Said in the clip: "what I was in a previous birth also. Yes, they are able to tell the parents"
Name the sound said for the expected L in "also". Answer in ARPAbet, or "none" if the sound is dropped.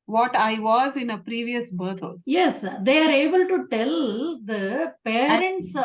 none